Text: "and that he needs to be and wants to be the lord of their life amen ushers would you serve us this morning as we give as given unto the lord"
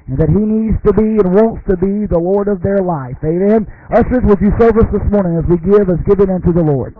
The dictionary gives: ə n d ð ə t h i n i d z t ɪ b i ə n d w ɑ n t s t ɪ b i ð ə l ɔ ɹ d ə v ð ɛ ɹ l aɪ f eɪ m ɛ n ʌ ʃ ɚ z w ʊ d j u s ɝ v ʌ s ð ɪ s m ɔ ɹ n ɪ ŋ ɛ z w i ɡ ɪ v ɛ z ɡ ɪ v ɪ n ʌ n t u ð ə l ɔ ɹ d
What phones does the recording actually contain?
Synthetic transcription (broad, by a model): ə n ð ə t h i n i d z t ɪ b i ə n w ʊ n t s t ɪ b i ð ə l ɔ ɹ d ə v ð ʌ ɹ l aɪ f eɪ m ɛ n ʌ s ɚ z w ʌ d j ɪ s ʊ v ʌ s ð ɪ s m ɔ ɹ n ɪ ŋ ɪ z w i ɡ ɪ v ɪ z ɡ ɪ v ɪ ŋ ʌ n t u ð ə l ɔ ɹ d